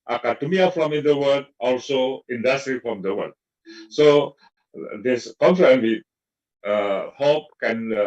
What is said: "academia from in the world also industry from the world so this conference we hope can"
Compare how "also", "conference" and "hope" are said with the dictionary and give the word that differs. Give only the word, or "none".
conference